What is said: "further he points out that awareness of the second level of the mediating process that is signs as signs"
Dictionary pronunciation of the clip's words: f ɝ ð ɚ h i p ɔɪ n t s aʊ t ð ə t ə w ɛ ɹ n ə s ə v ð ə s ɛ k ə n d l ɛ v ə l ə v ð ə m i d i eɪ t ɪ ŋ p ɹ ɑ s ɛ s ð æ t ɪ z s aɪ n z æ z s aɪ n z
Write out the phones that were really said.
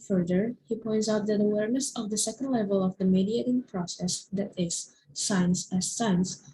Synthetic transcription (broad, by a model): f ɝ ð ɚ h i p ɔɪ n t s aʊ t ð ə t ə w ɛ ɹ n ə s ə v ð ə s ɛ k ə n d l ɛ v ə l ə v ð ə m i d i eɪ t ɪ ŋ p ɹ ɑ s ɛ s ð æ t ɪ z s aɪ n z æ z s aɪ n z